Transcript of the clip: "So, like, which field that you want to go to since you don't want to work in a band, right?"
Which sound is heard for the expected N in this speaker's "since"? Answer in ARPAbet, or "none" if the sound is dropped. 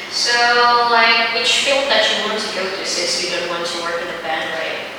none